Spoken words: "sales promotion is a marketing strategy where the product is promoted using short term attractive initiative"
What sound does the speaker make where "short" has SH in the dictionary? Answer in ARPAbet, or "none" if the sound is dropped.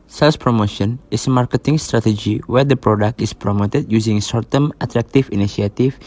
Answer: S